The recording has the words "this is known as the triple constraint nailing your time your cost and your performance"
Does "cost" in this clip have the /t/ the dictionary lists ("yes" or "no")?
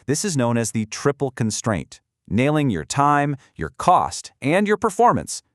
yes